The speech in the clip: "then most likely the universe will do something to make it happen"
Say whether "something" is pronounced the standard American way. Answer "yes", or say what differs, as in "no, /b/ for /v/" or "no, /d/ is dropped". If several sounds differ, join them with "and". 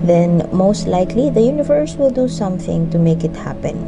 yes